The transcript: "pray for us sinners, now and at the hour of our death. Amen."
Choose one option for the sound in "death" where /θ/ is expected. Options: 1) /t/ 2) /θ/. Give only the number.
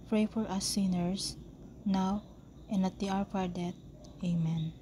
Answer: 1